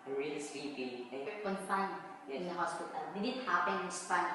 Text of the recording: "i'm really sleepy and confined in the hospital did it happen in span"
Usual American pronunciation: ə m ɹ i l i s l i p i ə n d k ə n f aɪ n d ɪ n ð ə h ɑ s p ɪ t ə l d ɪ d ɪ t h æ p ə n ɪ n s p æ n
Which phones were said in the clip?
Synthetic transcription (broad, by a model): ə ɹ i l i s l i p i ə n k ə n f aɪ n ɪ n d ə h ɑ s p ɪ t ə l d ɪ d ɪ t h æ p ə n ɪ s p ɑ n